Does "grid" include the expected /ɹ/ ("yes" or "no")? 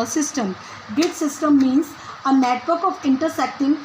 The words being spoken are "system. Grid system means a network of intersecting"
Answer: no